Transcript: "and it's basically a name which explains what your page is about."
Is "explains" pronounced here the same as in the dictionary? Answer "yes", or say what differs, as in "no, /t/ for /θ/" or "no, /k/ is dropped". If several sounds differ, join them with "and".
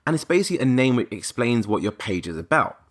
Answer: yes